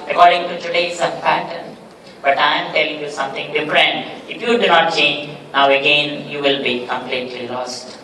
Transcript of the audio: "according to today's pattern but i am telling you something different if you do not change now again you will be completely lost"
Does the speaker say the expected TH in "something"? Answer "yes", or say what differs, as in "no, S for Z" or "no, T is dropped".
no, T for TH